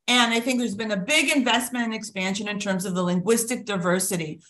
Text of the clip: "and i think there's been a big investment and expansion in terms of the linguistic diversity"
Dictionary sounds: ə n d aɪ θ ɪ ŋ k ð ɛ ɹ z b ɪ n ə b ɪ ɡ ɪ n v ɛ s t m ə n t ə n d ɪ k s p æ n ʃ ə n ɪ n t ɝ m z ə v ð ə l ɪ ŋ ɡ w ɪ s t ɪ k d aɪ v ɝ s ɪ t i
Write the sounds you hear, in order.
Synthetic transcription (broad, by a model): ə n aɪ θ ɪ ŋ k ð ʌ ɹ z b ɪ n ə b ɪ ɡ ɪ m v ɛ s t m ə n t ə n ɪ k s p æ n ʃ ə n ɪ n t ɝ m z ə v ð ə l ɪ ŋ ɡ w ɪ s t ɪ k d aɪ v ɝ s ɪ t i